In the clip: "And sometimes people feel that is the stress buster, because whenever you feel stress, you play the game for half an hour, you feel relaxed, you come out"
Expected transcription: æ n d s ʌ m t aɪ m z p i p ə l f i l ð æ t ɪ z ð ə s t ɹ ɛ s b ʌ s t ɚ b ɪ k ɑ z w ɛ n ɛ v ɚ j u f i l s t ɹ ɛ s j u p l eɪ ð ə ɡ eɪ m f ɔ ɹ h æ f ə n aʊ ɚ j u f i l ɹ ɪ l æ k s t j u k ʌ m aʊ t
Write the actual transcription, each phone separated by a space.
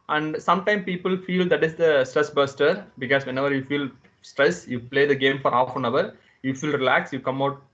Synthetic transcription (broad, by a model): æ n d s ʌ m t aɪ m p i p ə l f i l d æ t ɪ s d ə s t ɹ ɛ s b ʌ s t ɚ b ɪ k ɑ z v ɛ n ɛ v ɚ j u f i l s t ɹ ɛ s j u p l eɪ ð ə ɡ eɪ m f ɔ ɹ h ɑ f ə n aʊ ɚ j u f i l ɹ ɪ l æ k s j u k ʌ m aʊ t